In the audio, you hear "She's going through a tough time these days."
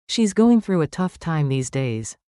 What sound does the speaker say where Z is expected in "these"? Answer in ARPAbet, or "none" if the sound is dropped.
Z